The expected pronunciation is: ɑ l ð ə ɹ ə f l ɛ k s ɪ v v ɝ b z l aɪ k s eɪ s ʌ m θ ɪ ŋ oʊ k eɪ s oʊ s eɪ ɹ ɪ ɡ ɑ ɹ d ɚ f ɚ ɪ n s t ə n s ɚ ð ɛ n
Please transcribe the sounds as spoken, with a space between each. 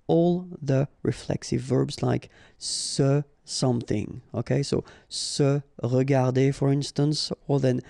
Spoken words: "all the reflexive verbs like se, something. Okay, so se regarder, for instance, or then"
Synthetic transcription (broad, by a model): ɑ l ð ə ɹ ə f l ɛ k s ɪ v v ɝ b z l aɪ k s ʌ s ʌ m θ ɪ ŋ oʊ k eɪ s oʊ s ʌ ɹ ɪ ɡ ɑ ɹ d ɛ f ɚ ɪ n s t ə n s ɚ ð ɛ n